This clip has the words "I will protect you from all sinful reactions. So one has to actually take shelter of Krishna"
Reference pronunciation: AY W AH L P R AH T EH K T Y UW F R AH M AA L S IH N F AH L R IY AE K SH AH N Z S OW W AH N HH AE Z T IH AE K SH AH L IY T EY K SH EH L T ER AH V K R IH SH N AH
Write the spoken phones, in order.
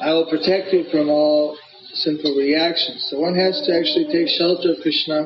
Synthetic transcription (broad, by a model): AY W AH L P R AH T EH K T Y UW F R AH M AA L S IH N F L R IY AE K SH AH N Z S OW W AH N HH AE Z T IH AE K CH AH L IY T EY K SH EH L T ER AH V K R IH SH N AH